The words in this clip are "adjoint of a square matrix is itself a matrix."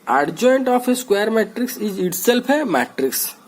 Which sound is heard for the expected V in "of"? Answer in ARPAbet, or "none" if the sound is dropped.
P